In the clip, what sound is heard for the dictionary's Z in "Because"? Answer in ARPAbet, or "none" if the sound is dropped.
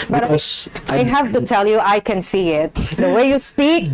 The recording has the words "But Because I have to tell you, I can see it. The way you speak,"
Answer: none